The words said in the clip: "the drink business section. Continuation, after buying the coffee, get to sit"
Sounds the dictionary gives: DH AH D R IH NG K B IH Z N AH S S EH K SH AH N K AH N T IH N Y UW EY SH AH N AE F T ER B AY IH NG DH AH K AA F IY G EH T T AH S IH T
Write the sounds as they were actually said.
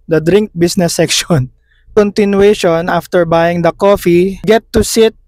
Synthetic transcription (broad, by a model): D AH D R IH NG K B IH S N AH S S EH K SH AH N K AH N T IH N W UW EY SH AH N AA F T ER B AY IH NG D AH K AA F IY G EH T T AH S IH T